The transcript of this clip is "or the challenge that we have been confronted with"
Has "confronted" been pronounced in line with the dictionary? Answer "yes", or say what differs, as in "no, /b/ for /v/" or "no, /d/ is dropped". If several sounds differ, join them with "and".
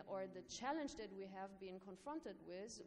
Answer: yes